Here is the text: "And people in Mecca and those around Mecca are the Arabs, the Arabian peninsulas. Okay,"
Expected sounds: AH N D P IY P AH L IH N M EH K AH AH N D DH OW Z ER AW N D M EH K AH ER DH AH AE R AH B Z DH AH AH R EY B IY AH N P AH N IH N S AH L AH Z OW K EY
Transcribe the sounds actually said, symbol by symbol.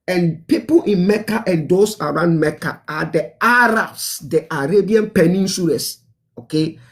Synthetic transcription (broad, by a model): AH N P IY P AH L IH N M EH K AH AH N D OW S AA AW N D M EH K AH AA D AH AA R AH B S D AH AH R EY B IY AH N P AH N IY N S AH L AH S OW K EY